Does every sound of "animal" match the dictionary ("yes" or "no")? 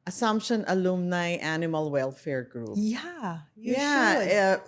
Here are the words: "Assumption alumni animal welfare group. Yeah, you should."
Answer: yes